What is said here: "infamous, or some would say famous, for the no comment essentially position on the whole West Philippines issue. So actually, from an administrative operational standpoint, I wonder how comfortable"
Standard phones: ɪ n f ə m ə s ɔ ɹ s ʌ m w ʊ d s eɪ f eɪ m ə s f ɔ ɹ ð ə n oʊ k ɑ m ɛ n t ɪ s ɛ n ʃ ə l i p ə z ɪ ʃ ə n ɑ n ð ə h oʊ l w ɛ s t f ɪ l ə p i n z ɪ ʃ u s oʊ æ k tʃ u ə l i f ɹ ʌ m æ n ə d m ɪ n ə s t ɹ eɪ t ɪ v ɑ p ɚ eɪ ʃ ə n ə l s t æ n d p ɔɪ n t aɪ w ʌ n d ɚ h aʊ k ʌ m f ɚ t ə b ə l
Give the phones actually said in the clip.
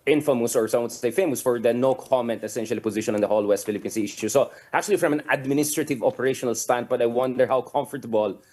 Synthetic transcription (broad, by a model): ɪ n f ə m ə s ɔ ɹ s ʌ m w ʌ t s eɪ f eɪ m ə s f ɔ ɹ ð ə n oʊ k ɑ m ɛ n t ɪ s ɛ n ʃ ə l i p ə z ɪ ʃ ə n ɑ n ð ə h oʊ l w ɛ s t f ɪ l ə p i n s ɪ ʃ u s oʊ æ k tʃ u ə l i f ɹ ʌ m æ n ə d m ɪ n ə s t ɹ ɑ t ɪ v ɑ p ɚ eɪ ʃ ə n ə l s t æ n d b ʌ t aɪ w ʌ n d ɚ h aʊ k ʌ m f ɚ t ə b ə l